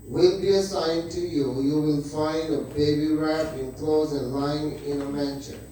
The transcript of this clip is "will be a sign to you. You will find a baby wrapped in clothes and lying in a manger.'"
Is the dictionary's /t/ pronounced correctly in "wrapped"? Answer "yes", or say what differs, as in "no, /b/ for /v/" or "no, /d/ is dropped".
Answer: no, /t/ is dropped